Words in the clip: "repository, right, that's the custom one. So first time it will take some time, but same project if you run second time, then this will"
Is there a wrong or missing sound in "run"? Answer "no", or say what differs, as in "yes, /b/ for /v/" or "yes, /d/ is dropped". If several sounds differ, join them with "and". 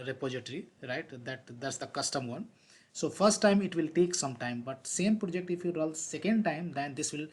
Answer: yes, /l/ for /n/